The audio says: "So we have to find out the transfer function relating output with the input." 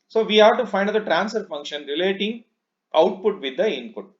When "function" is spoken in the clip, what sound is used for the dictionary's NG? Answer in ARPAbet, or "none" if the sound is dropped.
NG